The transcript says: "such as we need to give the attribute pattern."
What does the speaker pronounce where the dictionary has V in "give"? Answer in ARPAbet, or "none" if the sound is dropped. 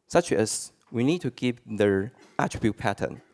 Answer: P